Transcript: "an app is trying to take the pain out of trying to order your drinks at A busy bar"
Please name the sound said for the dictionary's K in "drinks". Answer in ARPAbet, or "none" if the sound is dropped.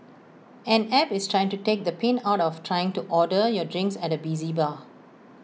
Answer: K